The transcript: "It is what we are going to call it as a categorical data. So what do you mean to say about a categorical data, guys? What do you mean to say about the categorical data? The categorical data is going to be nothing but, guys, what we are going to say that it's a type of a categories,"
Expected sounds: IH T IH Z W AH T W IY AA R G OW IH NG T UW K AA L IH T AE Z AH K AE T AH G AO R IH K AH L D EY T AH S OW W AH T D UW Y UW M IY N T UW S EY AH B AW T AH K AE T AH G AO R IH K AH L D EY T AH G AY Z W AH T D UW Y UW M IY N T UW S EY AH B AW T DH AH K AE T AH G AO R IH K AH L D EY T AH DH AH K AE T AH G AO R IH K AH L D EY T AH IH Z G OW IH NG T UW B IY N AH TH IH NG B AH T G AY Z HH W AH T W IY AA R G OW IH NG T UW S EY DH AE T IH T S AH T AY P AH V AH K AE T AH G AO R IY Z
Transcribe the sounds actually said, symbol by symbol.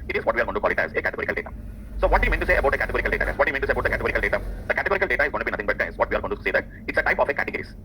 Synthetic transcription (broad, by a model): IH T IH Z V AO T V IY AA R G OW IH T UW K AA L IH T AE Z AH K AE T AH G AO R IH K AH L D EY T AH S OW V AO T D Y UW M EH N T UW S EY AH B AW T AH K AE T AH G AO R IH K AH L D EY T AH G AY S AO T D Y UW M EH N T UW S EY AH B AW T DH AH K AE T AH G AO R IH K AH L D EY T AH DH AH K AE T AH G AO R IH K AH L D EY T AH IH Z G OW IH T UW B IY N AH T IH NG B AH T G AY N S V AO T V IY AA R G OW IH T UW S EY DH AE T IH T S AH T AY P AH F AH K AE T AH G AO R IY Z